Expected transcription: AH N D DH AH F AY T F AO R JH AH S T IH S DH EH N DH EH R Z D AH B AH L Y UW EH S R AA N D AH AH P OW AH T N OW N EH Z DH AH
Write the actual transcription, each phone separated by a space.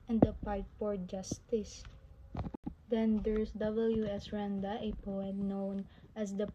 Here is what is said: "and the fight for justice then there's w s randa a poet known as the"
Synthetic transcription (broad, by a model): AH N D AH P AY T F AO R JH AH S T IH S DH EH N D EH R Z D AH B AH L Y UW EH S R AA N D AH AH P OW AH T N OW N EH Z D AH